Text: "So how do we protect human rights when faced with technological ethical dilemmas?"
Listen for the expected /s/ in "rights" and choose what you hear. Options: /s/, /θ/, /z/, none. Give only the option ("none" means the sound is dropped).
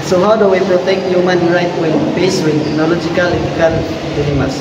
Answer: none